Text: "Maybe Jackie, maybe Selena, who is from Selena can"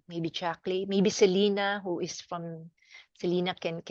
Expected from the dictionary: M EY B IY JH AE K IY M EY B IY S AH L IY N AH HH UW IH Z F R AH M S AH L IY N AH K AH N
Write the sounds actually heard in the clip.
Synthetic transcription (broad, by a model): M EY B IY CH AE K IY M EY B IY S AH L IY N AH HH UW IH S F R AH M S AH L IY N AH K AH N